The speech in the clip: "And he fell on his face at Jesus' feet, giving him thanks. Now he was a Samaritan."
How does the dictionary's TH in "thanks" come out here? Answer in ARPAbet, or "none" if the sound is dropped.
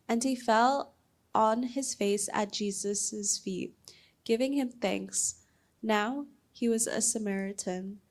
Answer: TH